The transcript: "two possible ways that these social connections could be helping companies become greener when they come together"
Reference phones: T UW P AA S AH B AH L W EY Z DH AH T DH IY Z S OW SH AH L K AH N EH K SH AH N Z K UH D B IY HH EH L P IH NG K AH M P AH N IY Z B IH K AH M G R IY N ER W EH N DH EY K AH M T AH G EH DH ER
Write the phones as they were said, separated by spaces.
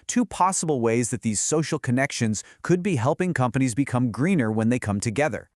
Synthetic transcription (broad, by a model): T UW P AA S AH B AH L W EY Z DH AH T DH IY Z S OW SH L K AH N EH K SH AH N Z K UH D B IY HH EH L P IH NG K AH M P AH N IY Z B IH K AH M G R IY N ER W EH N DH EY K AH M T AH G EH DH ER